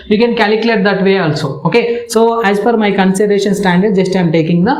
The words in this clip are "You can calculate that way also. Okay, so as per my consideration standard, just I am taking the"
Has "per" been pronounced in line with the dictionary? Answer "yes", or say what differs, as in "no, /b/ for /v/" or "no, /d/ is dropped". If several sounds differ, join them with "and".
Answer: no, /f/ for /p/